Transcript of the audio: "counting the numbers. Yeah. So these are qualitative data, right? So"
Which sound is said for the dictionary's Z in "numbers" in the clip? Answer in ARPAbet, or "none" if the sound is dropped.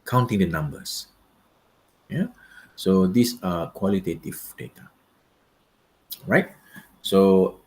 S